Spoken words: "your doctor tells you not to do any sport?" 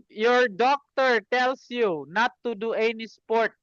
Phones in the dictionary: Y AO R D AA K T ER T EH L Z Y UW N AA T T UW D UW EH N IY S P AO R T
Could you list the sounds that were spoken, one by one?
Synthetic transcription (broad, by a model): Y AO R D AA K T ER T EH L S Y UW N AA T T UW D UW EH N IY S P AO R T